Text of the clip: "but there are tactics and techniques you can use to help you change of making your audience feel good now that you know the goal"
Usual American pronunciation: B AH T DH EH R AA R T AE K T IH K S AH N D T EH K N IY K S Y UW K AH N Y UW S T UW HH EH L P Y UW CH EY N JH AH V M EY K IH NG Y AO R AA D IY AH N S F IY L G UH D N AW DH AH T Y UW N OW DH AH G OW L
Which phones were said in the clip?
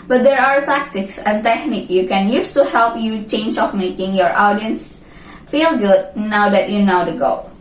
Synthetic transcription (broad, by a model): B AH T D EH R AA R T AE K T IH K S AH N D T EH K N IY K Y UW K AH N Y UW S T UW HH EH L P Y UW CH EY N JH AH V M EY K IH NG Y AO R AA D IY AH N S F IY L G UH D N AW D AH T Y UW N OW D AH G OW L